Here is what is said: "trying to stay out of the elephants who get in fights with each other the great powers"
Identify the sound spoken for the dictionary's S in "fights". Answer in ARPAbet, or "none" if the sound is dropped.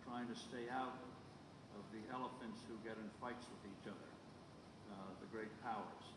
S